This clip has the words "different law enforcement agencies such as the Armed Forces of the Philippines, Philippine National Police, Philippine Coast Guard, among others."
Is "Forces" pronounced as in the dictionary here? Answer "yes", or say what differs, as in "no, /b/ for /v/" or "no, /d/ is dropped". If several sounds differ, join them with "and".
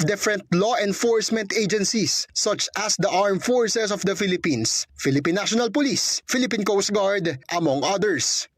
no, /s/ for /z/